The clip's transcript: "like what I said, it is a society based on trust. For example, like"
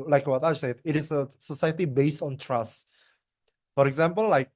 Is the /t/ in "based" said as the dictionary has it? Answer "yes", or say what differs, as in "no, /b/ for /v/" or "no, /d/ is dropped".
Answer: yes